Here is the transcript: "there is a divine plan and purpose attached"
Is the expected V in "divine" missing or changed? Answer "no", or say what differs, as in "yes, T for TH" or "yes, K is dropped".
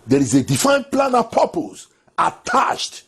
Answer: yes, F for V